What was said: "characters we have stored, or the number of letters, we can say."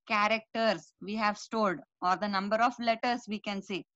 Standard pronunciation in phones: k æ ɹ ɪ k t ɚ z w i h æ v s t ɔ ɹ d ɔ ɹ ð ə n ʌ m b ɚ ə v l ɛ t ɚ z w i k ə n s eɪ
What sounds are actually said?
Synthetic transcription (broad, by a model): k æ ɹ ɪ k t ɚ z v i h æ v s t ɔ l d ɔ ɹ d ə n ʌ m b ɚ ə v l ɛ t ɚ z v i k ə n s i